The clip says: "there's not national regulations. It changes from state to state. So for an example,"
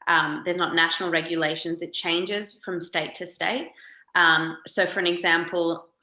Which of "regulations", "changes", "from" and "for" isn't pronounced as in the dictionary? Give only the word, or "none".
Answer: none